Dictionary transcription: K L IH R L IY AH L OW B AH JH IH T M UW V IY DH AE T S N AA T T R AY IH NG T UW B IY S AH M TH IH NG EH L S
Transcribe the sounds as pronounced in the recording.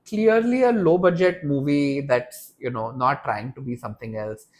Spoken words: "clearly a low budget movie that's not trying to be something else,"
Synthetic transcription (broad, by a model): K L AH R L IY AH L OW B AH JH IH T M UW V IY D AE T S N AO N T R AY IH NG T UW B IY S AH M T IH NG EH L S